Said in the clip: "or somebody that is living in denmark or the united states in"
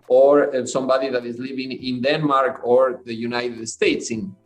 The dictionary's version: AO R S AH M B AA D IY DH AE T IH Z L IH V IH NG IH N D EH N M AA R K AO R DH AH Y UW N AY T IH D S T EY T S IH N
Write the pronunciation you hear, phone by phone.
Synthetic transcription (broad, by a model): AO R S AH M B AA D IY DH AE T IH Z L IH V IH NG IH N D EH N M AA R K AO R DH AH Y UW N AY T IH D S T EY T S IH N